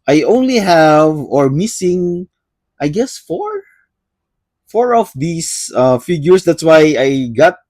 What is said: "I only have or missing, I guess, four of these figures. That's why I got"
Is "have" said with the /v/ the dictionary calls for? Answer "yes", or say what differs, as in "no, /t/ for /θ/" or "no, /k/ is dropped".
yes